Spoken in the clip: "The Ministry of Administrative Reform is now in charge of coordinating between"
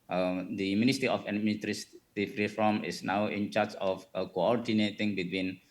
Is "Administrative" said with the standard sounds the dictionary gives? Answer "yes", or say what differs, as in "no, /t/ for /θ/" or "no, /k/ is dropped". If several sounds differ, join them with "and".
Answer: no, /s/ is dropped and /f/ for /v/